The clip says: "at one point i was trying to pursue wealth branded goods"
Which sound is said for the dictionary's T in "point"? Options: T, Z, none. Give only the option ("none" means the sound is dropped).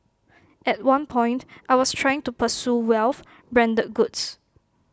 T